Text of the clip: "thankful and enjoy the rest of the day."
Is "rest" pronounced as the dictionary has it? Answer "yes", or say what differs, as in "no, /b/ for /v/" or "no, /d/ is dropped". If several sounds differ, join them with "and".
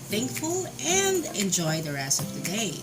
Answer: no, /t/ is dropped